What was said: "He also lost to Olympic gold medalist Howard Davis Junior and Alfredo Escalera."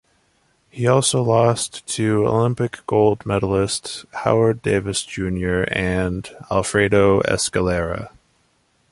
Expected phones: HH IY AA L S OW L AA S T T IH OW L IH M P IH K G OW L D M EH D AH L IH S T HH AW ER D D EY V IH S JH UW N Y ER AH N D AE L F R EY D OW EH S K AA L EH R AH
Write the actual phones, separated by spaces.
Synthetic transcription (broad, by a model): HH IY AA L S OW L AA S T T IH OW L IH M P IH K G OW L D M EH D L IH S T HH AW ER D D EY V IH S JH UW N Y ER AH N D AE L F R EY D OW EH S K AA L EH R AH